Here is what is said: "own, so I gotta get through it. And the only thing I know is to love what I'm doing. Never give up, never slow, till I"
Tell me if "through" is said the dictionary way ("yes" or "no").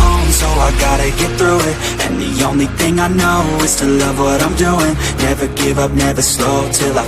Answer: yes